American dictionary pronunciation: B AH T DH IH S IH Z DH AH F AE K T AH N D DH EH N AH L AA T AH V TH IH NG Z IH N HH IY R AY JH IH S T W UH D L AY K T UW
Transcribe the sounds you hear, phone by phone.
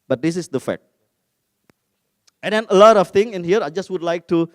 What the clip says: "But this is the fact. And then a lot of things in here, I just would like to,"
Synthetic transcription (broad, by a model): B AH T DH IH S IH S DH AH F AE K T AH N D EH N AH L AA T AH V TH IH NG IH N HH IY R AY JH IH S T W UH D L AY K T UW